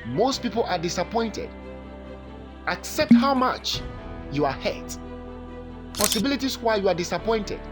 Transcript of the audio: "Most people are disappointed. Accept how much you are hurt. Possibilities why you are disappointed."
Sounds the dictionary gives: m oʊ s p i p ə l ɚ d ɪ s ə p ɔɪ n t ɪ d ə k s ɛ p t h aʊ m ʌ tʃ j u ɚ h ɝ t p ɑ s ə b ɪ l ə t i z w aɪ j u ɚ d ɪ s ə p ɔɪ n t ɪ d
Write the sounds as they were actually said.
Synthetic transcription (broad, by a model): m oʊ s p i p ə l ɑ d ɪ s ə p ɔɪ n t ɪ d ə k s ɛ p t h aʊ m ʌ tʃ j u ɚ h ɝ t p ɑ s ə b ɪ l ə t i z w aɪ j u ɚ d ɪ s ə p ɔɪ n t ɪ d